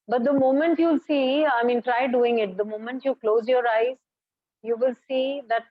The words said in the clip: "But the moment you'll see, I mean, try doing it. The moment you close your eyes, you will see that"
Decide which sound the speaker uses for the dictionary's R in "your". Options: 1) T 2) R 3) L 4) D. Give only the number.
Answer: 2